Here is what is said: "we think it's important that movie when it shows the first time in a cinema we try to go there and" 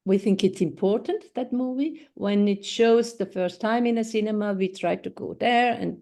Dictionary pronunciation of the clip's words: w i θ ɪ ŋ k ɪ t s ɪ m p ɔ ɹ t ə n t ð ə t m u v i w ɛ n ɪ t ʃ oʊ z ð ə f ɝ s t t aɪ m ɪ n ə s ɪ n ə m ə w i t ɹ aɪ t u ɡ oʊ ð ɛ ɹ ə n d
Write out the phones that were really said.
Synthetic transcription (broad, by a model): w i θ ɪ ŋ k ɪ t s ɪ m p ɔ ɹ t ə n t ð ə t m u v i w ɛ n ɪ t ʃ oʊ z ð ə f ɝ s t t aɪ m ɪ n ə s ɪ n ə m ə w i t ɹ aɪ t u ɡ oʊ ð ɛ ɹ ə n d